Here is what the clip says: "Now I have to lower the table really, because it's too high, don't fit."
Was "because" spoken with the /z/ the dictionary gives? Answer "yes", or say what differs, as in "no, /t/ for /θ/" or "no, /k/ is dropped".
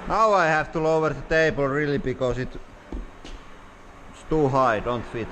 no, /s/ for /z/